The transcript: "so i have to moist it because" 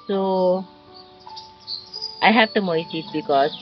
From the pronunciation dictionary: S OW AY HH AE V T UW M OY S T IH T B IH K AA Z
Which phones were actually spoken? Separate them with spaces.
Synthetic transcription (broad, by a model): S OW AY HH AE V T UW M OY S IH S B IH K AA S